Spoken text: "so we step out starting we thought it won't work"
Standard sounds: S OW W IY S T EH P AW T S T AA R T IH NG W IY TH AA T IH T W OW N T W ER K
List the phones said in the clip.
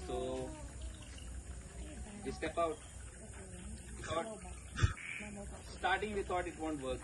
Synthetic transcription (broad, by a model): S OW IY S T EH P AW T S T AA R T IH NG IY T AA T IH T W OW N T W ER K